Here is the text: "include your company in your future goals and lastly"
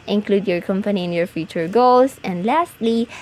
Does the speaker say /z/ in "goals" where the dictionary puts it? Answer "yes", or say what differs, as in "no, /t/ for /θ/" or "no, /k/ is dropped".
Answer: no, /s/ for /z/